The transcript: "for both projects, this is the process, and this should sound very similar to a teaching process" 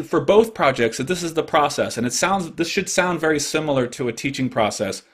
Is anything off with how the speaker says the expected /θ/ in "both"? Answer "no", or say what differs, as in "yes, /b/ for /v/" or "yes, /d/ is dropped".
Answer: no